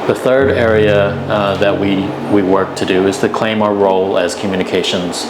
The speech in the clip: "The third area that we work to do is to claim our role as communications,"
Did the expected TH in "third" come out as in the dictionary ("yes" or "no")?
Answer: yes